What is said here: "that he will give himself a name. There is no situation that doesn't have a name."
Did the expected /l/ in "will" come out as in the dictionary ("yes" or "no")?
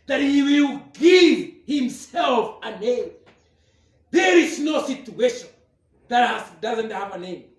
yes